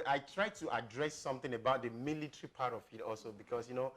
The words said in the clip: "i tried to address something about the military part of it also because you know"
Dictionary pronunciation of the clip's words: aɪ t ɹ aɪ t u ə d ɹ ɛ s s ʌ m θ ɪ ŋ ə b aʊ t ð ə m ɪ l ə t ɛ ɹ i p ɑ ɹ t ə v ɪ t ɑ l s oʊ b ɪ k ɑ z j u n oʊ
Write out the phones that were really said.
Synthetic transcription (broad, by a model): aɪ t ɹ aɪ t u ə d ɹ ɛ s s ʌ m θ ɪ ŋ ə b aʊ t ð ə m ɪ l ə t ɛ ɹ i p ɑ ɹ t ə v ɪ t ɑ l s oʊ b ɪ k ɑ s j u n oʊ